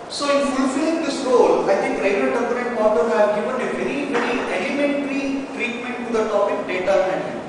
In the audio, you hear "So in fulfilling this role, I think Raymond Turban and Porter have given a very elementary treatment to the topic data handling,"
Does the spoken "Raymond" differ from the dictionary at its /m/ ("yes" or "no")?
yes